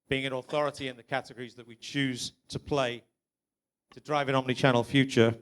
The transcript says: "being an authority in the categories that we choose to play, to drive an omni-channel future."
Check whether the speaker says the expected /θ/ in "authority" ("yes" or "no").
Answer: yes